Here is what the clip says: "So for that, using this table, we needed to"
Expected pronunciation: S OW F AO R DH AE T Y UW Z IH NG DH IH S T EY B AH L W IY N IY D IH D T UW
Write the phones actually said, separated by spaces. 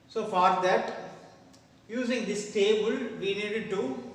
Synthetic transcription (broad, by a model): S OW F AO R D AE T Y UW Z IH NG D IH S T EY B AH L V IY N IY D IH D T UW